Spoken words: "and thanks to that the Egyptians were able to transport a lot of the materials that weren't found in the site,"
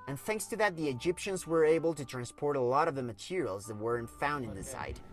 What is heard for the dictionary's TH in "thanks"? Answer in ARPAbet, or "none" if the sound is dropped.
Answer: TH